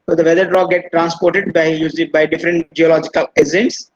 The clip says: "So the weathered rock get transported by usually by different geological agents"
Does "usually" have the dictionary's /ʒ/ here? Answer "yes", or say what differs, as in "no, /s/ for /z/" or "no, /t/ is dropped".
no, /z/ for /ʒ/